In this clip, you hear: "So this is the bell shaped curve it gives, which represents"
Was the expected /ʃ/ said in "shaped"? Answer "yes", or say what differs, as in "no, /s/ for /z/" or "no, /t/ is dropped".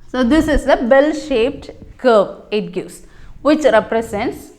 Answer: yes